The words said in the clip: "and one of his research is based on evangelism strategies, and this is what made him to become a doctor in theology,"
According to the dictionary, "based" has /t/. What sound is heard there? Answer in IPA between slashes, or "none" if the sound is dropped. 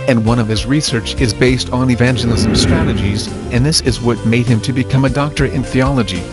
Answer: /t/